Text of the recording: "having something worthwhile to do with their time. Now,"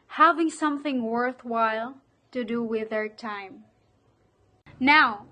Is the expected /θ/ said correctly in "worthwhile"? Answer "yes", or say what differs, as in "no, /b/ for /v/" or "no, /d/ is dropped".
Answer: yes